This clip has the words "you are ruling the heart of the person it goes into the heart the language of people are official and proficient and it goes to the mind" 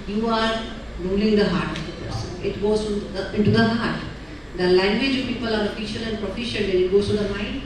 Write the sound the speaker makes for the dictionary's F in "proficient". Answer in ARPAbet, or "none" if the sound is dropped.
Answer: F